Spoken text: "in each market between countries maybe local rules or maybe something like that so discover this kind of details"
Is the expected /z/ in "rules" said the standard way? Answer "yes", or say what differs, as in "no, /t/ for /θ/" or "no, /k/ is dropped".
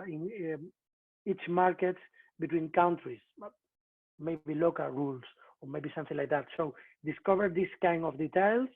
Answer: no, /s/ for /z/